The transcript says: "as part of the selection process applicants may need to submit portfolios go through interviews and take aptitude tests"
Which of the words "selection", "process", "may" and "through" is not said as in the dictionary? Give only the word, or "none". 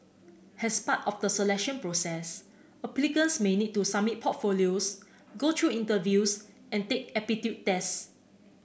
through